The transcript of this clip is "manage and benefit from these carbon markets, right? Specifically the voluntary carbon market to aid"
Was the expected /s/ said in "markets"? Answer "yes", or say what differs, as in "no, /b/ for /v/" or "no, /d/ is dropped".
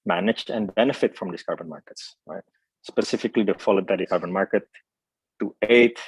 yes